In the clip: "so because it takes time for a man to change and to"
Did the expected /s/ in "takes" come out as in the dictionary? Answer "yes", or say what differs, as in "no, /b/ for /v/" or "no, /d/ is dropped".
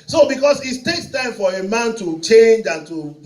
yes